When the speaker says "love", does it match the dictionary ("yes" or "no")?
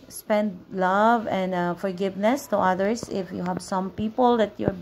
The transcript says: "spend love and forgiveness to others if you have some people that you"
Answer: yes